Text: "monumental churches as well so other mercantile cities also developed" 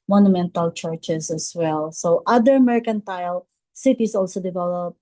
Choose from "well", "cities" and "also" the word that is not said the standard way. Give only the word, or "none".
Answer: cities